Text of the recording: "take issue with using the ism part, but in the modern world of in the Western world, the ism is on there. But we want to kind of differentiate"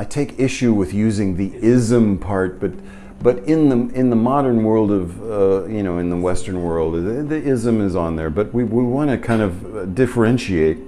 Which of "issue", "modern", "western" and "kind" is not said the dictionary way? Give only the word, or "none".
none